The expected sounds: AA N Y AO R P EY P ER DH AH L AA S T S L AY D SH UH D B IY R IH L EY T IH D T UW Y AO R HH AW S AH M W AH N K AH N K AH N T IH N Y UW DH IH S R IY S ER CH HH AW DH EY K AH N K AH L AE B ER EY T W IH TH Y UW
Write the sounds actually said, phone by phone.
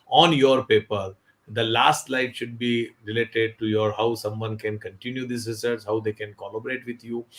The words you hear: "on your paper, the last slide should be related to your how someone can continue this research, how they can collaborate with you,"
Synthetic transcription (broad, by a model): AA N Y AO R P EY P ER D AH L AA S T L AY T SH UH D B IY R IH L EY T IH D T UW Y AO R HH AW S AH M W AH N K AH N K AH N T IH N Y UW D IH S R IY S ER S HH AW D EY K AH N K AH L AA B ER EY T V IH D Y UW